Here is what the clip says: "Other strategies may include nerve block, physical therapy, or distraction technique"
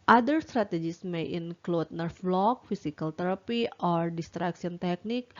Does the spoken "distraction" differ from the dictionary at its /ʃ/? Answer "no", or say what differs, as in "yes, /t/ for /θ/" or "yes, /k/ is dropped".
yes, /s/ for /ʃ/